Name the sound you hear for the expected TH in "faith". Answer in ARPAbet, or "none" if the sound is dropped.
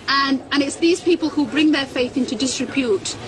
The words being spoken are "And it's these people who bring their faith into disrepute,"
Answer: TH